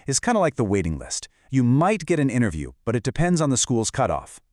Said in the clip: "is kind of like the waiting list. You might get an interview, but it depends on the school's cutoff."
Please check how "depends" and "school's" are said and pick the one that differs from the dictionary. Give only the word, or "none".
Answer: none